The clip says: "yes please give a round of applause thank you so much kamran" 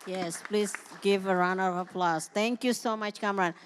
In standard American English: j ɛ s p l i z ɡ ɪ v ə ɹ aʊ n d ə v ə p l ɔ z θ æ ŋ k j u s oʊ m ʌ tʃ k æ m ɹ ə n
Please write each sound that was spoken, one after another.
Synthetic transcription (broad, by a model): j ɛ s p l i z ɡ ɪ v ə ɹ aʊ n ə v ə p l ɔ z t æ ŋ k j u s oʊ m ʌ tʃ k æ m ɹ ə n